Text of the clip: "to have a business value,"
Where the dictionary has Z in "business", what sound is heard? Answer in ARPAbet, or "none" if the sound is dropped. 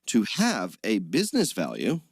Z